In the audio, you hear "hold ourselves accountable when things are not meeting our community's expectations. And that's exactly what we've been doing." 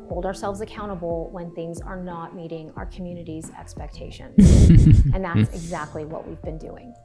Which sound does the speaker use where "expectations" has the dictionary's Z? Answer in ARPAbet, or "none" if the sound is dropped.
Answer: none